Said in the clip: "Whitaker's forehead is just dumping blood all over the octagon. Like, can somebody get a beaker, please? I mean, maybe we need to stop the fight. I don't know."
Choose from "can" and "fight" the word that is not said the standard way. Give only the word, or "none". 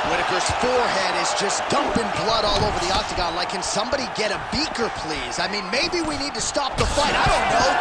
none